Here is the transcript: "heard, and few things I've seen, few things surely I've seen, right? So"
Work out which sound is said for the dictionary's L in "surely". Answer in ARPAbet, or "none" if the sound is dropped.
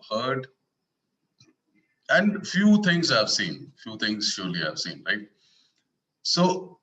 L